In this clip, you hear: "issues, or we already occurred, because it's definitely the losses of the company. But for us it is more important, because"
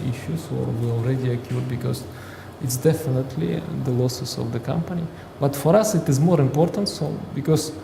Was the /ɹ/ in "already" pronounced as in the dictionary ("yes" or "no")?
yes